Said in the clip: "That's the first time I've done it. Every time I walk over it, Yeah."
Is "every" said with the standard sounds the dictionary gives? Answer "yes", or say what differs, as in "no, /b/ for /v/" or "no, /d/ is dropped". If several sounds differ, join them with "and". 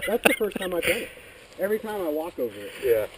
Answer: yes